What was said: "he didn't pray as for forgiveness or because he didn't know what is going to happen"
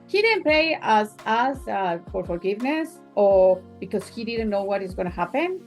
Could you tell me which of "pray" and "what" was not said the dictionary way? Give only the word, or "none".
pray